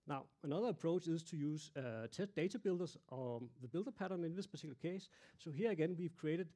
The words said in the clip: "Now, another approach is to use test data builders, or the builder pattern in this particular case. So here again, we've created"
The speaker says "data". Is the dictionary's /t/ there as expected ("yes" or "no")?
no